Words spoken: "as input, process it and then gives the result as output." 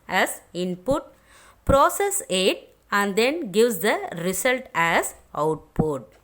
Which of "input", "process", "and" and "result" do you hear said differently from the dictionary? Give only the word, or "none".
result